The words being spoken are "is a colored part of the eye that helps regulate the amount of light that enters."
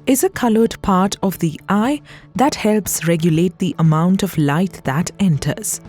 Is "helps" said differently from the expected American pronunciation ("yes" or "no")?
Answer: no